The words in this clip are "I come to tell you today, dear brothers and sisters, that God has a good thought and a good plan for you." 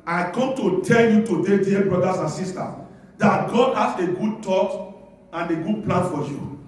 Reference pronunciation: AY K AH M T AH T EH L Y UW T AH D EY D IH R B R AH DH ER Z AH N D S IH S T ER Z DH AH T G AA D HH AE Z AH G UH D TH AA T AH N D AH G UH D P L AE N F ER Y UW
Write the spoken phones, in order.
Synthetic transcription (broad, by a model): AY K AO M T AH T EH L Y UW T AH D EY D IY B R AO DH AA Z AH N S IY S T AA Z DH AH T G AA D HH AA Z AH G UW D T AA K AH N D AH G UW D P L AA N F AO Y UW